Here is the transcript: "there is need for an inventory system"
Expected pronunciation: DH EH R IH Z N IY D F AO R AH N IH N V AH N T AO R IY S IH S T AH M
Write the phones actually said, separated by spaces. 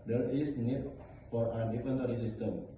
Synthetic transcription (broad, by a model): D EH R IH S N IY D F AO R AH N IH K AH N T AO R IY S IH S T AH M